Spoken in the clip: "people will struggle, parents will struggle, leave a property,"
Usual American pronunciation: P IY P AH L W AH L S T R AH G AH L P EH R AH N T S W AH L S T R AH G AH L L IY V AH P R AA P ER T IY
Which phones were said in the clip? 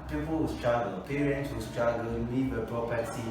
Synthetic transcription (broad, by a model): P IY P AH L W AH S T R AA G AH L P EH R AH N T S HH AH S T R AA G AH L N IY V AH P R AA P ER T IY